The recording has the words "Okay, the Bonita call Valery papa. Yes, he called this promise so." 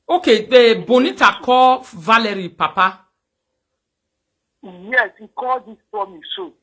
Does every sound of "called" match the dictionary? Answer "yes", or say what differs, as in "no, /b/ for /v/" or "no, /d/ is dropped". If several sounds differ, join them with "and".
no, /l/ is dropped